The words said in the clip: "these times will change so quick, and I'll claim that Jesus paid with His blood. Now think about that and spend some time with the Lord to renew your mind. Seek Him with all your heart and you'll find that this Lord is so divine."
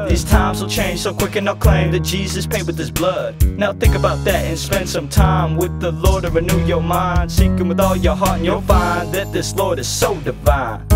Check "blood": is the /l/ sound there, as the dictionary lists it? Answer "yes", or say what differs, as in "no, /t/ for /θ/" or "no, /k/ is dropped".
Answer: yes